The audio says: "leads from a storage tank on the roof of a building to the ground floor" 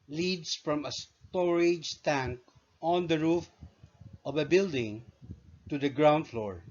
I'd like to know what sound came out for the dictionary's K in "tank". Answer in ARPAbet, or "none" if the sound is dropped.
K